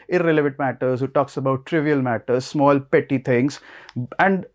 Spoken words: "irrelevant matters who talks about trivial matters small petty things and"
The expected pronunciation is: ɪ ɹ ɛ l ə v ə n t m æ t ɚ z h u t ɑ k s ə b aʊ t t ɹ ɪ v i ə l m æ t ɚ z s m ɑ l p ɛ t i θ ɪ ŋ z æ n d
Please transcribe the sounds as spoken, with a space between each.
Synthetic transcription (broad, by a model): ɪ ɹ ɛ l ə v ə n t m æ t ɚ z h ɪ t ɑ k s ə b aʊ t t ɹ ɪ v i ə l m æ t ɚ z s m ɑ l p ɛ t i t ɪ ŋ s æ n d